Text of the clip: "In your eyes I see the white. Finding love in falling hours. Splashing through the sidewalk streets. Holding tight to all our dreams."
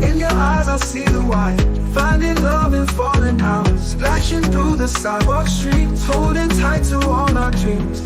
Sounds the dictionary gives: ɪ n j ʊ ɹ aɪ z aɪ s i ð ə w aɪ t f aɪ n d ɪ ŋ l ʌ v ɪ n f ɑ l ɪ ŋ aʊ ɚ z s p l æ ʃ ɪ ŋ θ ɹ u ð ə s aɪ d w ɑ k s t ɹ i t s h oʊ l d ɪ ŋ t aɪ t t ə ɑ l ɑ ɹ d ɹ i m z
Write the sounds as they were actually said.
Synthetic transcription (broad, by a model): ɪ n j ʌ ɹ aɪ z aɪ s i ð ə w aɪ f aɪ n d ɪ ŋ l ʌ v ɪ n f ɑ ɪ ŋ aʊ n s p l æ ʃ ɪ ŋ θ ɹ u ð ə s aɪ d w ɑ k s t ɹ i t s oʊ d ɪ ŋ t aɪ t t ə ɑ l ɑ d ɹ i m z